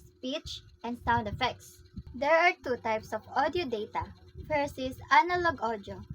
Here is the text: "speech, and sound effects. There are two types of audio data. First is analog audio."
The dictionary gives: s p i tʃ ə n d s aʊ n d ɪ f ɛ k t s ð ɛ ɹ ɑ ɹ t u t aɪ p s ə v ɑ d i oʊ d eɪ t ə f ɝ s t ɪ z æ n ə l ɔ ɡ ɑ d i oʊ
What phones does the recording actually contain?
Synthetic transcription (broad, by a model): s p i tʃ ə n d s aʊ n d ɪ f ɛ k t s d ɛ ɹ ɑ ɹ t u t aɪ p s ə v ɑ d i oʊ d eɪ t ə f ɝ s ɪ s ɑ n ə l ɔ ɡ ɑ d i oʊ